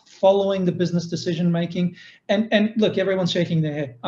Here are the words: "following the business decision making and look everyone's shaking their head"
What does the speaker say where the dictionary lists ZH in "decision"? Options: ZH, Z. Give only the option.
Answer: ZH